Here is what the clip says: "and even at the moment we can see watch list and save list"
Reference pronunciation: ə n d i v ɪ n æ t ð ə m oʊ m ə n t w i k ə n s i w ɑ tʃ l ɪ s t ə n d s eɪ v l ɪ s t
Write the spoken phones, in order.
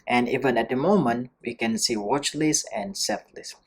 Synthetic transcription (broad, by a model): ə n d i v ɪ n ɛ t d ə m oʊ m ə n t w i k ə n s i w ɑ tʃ l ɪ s ə n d s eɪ p l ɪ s